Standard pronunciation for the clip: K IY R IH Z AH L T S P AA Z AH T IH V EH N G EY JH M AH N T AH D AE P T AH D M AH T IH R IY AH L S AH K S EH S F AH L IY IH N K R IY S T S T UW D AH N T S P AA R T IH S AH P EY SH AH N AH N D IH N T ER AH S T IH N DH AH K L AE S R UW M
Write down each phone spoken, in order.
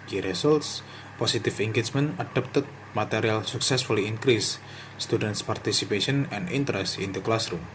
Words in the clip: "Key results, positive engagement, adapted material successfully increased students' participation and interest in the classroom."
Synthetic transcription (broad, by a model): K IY R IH S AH L T S P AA S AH T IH F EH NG G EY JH M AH N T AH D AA P T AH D M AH T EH R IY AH L S AH K S EH S F AH L IY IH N K R IY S S T UW D AH N T S P AA R T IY S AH P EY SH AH N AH N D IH N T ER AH S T IH N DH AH K L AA S R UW M